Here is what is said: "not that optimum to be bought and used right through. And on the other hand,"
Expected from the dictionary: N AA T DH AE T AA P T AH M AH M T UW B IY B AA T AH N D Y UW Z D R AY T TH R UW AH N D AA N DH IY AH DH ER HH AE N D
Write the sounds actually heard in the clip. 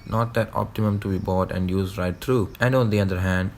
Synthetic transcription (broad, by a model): N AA T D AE T AA P T AH M AH M T UW B IY B AA T AH N D Y UW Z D R AY T T R UW AH N D AA N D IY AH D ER HH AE N D